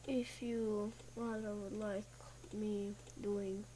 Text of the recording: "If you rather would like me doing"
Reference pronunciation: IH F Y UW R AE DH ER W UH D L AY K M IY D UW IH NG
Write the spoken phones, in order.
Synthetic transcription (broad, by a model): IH F Y UW W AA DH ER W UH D L AY K M IY D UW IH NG